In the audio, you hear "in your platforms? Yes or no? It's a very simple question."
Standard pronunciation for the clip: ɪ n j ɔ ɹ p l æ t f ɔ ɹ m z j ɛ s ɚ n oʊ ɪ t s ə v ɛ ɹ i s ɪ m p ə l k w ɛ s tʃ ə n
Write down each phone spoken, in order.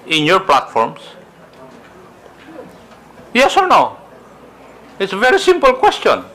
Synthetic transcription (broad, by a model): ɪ n j ɔ ɹ p l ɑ t f ɔ ɹ m s j ɛ s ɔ n oʊ ɪ t s ə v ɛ ɹ i s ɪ m p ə l k w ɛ s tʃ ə n